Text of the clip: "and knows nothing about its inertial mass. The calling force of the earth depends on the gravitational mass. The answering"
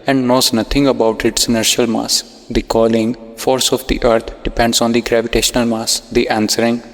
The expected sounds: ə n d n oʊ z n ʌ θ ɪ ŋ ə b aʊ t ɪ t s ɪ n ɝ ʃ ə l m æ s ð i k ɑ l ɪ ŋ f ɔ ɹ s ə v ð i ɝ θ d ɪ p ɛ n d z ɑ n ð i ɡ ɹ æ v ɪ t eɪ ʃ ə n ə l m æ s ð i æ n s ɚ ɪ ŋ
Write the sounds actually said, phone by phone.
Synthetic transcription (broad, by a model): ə n d n oʊ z n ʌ t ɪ ŋ ə b aʊ t ɪ t s ɪ n ɝ ʃ ə l m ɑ s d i k ɑ l ɪ ŋ f ɔ ɹ s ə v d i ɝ t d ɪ p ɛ n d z ɑ n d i ɡ ɹ æ v ɪ t eɪ ʃ ə n ə l m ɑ s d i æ n s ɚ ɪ ŋ